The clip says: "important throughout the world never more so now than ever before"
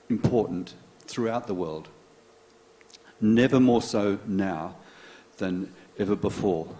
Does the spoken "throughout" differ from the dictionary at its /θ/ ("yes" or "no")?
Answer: no